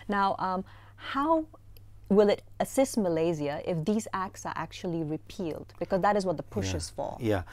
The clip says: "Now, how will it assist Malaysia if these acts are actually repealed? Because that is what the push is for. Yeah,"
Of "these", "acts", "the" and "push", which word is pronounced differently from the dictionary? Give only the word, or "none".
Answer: none